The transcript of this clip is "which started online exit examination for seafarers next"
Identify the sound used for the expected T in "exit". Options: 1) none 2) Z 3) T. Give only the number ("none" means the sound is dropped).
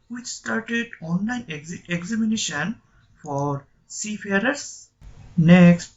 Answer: 1